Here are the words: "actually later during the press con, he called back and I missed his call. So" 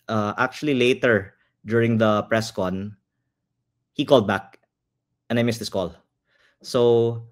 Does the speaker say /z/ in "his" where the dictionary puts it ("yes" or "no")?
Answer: no